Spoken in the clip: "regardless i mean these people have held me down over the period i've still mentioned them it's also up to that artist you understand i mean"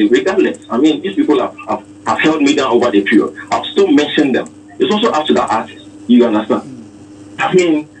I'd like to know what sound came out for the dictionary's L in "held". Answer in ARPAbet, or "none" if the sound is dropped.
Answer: L